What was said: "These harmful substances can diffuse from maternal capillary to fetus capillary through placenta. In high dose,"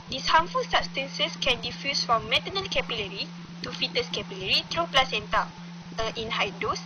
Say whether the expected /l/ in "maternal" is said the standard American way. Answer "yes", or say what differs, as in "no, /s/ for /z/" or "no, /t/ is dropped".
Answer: no, /n/ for /l/